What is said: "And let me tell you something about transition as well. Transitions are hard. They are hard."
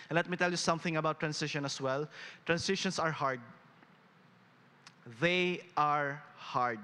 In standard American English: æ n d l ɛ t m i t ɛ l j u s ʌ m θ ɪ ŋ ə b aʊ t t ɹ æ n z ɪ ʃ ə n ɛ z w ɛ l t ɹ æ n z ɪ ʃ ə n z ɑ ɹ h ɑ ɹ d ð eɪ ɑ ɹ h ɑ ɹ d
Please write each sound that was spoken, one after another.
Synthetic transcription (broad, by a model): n l ɛ t m i t ɛ l j u s ʌ m θ ɪ ŋ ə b aʊ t t ɹ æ n s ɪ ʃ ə n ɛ s w ɛ l t ɹ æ n s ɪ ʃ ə n s ɑ ɹ h ɑ ɹ d ð eɪ ɑ ɹ h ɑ ɹ d